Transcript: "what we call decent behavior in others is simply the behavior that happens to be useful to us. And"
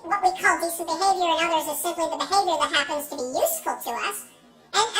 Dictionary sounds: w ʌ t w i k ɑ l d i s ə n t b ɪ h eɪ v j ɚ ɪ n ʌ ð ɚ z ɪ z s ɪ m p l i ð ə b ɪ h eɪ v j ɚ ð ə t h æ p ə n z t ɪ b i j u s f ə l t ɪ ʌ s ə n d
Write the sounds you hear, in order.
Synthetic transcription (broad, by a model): w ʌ t w i k ɑ l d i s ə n b ɪ h eɪ v j ɚ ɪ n ʌ ð ɚ z ɪ z s ɪ m p l i ð ə b ɪ h eɪ v j ɚ ð ə t h æ p ə n z t ɪ b i j u s f ə l t ɪ ʌ s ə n